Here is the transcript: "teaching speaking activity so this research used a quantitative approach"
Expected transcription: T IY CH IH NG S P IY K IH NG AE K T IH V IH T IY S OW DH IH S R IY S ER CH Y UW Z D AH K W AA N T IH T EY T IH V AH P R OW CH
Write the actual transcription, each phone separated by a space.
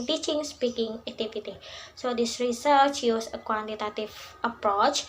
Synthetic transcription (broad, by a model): T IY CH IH NG S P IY K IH NG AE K T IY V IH T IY S OW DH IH S R IY S ER CH Y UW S AH K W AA N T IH T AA T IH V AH P R OW CH